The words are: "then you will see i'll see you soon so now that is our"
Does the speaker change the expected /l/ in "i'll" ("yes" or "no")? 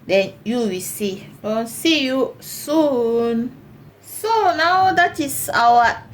yes